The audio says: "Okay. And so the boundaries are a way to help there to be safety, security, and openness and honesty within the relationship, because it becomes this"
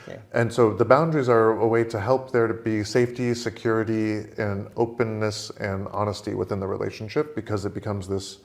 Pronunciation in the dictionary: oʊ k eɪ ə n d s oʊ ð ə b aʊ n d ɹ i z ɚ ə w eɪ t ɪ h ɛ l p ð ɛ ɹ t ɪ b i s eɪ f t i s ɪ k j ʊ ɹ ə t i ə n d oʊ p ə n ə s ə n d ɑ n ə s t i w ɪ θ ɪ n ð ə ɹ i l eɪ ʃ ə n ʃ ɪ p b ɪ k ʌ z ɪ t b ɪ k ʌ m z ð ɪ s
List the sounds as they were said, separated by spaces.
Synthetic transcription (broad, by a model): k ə n s oʊ ð ə b aʊ n d ɹ i z ɚ ə w eɪ t ɪ h ɛ l p ð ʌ ɹ t ɪ b i s eɪ f t i s ɪ k j ʊ ɹ ə t i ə n oʊ p ə n ə s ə n ɑ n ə s t i w ɪ θ ɪ n ð ə ɹ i l eɪ ʃ n ʃ ɪ p b ɪ k ʌ z ɪ t b ɪ k ʌ m z ð ɪ s